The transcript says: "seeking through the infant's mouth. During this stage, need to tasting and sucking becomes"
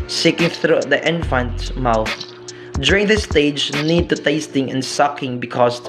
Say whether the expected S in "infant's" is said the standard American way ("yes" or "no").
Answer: no